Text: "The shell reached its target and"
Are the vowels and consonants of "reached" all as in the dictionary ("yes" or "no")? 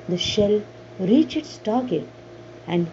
no